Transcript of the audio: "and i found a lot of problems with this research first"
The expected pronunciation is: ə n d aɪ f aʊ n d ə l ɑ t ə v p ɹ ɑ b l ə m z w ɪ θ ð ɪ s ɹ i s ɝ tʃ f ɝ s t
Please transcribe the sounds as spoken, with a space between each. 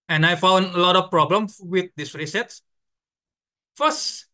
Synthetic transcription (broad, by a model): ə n aɪ f aʊ n d ə l ɑ t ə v p ɹ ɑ b l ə m s w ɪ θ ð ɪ s ɹ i s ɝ s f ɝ s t